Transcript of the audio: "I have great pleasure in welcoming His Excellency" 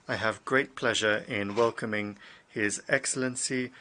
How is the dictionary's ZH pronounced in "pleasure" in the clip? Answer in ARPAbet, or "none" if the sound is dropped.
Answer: ZH